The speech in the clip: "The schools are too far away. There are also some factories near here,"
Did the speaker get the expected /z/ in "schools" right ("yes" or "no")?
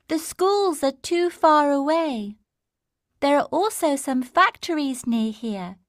yes